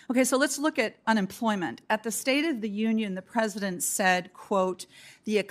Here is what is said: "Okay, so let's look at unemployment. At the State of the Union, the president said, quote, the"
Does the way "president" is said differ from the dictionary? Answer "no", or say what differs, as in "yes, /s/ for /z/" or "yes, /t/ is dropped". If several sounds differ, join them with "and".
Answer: no